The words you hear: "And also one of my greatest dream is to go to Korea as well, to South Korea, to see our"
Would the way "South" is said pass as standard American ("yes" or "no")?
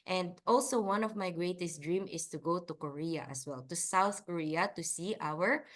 yes